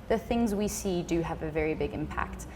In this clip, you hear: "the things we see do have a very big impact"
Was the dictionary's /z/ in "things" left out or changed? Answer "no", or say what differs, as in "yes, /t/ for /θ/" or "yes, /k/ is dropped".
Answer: no